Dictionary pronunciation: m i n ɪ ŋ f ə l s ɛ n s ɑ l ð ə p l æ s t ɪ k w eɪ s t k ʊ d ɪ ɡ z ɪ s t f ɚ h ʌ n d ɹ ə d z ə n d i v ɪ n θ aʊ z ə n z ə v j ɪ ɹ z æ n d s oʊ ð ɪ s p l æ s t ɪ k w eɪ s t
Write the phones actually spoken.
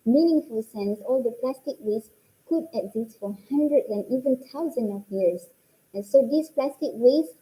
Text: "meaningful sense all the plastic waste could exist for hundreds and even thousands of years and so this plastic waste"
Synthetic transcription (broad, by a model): m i n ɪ ŋ f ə l s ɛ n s ɑ l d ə p l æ s t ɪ k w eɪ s k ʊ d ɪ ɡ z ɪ s t f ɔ h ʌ n d ɹ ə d ə n i v ɪ n t aʊ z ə n ə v j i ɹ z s s oʊ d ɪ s p l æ s t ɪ k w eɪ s